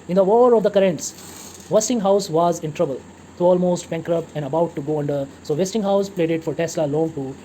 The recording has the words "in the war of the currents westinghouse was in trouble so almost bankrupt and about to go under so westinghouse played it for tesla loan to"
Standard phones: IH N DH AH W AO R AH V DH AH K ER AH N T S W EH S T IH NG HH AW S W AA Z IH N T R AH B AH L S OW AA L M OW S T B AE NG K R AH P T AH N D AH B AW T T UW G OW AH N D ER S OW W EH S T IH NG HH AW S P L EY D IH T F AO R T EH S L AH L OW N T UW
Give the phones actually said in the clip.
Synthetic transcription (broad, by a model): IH N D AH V AO R AH V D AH K ER AH N T S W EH S T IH NG HH AW S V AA Z IH N T R AH B AH L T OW AA L M OW S T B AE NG K R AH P AH N D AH B AW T T UW G OW AH N D ER S OW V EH S T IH NG HH AW S P L EY D IH T F AO R T EH S L AH L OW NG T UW